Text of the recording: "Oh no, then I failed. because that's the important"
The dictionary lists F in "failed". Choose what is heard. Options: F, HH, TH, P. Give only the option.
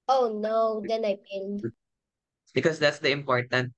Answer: P